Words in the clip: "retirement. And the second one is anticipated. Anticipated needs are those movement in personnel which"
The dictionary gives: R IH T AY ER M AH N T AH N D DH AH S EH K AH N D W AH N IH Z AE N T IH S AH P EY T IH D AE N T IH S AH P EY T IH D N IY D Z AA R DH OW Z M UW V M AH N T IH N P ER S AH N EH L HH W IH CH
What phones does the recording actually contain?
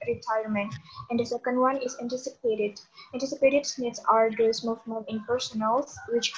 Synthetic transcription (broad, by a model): R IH T AY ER M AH N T AH N D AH S EH K AH N D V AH N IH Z AE N T IH S AH P EY T IH D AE N T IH S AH P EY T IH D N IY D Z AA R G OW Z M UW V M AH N IH N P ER S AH N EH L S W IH CH